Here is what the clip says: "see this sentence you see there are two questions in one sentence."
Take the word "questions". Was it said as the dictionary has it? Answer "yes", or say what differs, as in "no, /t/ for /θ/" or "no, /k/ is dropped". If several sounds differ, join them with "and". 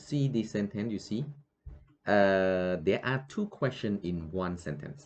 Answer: no, /z/ is dropped